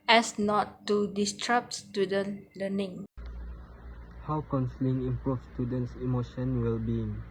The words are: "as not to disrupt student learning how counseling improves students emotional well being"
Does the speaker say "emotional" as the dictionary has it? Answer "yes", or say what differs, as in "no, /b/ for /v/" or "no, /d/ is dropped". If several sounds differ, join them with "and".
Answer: no, /n/ is dropped and /n/ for /l/